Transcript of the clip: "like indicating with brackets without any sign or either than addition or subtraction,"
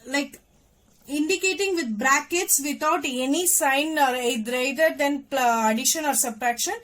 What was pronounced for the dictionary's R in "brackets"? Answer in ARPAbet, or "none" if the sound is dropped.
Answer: R